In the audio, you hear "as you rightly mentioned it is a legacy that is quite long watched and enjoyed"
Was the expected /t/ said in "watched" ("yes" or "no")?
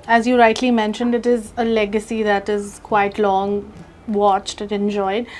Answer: yes